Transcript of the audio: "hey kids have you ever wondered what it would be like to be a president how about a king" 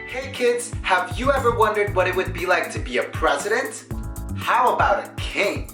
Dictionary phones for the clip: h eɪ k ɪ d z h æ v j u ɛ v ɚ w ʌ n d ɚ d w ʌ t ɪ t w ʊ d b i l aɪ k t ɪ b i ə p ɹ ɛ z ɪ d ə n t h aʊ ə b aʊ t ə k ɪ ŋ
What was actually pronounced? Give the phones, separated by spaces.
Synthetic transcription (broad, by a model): h eɪ k ɪ d z h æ v j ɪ ɛ v ɚ w ʌ n d ɚ d w ʌ t ɪ t w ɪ d b i l aɪ k t ɪ b i ə p ɹ ɛ z ɪ d ə n t h aʊ ə b aʊ t ə k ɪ ŋ